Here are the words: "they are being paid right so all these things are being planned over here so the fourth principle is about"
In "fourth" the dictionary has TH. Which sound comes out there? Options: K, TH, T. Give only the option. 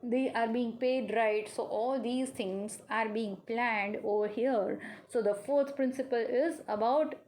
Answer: T